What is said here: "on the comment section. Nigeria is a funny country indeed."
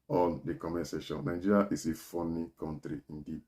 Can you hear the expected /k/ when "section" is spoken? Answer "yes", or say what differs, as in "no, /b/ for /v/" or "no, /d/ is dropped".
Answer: no, /k/ is dropped